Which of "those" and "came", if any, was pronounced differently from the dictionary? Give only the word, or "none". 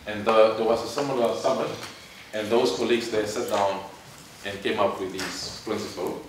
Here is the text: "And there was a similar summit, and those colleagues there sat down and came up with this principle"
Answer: those